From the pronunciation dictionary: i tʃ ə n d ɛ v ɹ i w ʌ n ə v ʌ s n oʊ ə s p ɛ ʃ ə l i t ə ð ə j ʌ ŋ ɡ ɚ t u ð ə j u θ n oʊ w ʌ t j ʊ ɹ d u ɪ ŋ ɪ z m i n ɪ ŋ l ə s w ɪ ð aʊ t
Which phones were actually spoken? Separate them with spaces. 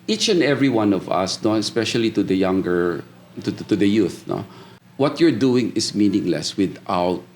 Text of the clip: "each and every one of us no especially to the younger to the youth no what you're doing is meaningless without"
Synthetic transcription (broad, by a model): i tʃ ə n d ɛ v ɹ i w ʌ n ə v ʌ s n oʊ ə s p ɛ ʃ ə l i t ə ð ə j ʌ ŋ ɡ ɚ t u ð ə j u θ n oʊ w ʌ t j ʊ ɹ d u ɪ ŋ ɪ s m i n ɪ ŋ l ə s w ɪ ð aʊ t